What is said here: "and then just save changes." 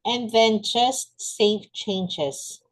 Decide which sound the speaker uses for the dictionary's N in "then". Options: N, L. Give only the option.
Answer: N